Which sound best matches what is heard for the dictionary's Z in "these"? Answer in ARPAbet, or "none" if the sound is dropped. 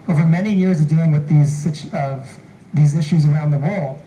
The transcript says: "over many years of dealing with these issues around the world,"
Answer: Z